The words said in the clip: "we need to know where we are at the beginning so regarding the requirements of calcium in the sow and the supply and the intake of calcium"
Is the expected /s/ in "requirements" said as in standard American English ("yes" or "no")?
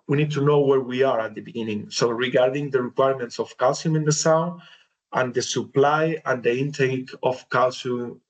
yes